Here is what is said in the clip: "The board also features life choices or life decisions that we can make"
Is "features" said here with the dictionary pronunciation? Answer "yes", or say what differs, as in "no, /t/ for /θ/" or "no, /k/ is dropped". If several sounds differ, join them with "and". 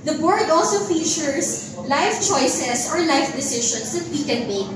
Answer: no, /s/ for /z/